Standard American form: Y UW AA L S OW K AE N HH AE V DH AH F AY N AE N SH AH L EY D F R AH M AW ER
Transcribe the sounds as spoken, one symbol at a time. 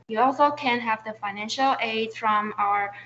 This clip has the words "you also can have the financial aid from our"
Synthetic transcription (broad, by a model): Y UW AA L S OW K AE N HH AE V DH AH F AY N AE N SH AH L EY D F R AH M AW ER